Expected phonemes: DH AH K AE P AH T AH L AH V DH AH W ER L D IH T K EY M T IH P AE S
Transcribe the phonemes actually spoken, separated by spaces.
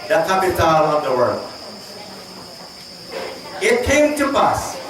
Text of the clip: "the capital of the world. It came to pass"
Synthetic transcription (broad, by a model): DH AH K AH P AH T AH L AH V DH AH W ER D IH T K EY M T IH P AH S